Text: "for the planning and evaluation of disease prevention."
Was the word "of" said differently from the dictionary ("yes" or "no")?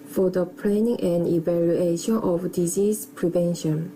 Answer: yes